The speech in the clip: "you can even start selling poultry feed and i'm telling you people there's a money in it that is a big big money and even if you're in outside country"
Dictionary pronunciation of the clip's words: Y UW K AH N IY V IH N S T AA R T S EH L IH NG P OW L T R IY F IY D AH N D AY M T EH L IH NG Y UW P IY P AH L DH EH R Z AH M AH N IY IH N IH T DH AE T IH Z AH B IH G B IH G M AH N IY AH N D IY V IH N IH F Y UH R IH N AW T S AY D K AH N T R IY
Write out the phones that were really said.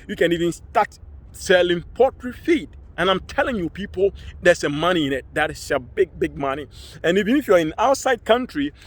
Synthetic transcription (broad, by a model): Y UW K AH N IY V IH N S T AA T S EH L IH NG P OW T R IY F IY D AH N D AY M T EH L IH NG Y UW P IY P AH L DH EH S AH M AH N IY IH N IH T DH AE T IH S AH B IH G B IH G M AH N IY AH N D IY V IH N IH F Y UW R IH N AW T S AY D K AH N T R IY